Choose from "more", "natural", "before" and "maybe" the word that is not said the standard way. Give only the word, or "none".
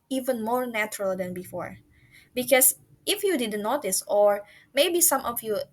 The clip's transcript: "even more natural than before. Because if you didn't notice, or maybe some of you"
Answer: none